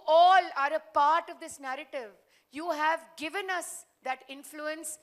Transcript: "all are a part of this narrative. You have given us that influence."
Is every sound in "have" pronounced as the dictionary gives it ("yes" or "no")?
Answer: yes